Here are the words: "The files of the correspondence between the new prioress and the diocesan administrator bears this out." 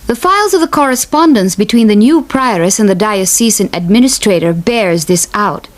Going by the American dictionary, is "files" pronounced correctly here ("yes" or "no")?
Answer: yes